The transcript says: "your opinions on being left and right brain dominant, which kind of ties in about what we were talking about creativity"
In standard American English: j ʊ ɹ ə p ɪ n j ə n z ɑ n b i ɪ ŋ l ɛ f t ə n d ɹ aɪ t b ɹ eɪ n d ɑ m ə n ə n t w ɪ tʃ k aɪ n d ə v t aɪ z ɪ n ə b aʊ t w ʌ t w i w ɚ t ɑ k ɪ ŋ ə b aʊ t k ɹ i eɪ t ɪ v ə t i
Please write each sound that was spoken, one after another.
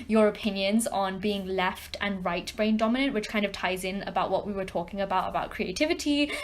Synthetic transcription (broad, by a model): j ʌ ɹ ə p ɪ n j ə n z n b i ɪ ŋ l ɛ f t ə n ɹ aɪ t b ɹ eɪ n d ɑ m ə n ə n t w ɪ tʃ k aɪ n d ə v t aɪ z ɪ n ə b aʊ t w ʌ t w i w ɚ t ɑ k ɪ ŋ ə b aʊ t k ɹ i eɪ t ɪ v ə t i